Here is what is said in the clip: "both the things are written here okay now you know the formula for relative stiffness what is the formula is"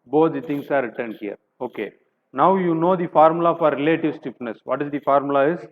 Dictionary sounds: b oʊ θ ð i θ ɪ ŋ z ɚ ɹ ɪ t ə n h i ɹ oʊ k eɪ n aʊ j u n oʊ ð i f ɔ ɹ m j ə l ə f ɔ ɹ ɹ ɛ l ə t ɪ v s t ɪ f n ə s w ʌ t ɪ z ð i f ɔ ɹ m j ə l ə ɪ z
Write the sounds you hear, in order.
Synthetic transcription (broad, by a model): b oʊ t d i t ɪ ŋ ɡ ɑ ɹ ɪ t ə n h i ɹ oʊ k eɪ n aʊ j u n oʊ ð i f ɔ ɹ m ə l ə f ɔ ɹ ɹ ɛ l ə t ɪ v s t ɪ p n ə s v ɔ t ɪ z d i f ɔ ɹ m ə l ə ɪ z